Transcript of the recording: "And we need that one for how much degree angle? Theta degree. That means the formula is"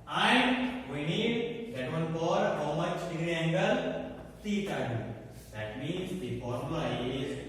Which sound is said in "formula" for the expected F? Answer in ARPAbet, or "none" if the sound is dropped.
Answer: P